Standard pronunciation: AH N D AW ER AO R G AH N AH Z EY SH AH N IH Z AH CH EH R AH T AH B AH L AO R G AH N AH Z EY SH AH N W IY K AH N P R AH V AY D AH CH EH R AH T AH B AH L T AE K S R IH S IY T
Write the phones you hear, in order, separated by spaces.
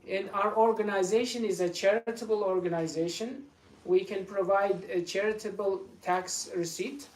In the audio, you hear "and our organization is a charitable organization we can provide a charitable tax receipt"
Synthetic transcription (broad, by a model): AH N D AW ER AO R G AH N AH Z EY SH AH N IH Z AH CH EH R AH T AH B AH L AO R G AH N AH Z EY SH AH N W IY K AH N P R AH V AY D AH CH EH R AH T AH B AH L T AE K S R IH S IY T